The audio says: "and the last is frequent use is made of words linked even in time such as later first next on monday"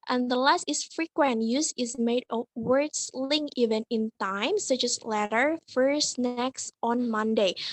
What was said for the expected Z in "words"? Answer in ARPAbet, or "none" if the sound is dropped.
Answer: S